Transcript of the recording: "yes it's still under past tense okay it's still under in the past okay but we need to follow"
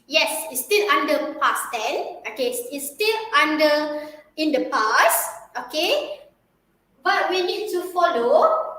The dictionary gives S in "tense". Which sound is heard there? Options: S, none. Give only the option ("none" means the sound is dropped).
none